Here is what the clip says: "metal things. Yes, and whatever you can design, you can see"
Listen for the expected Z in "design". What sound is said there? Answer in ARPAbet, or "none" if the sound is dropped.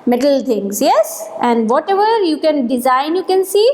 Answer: Z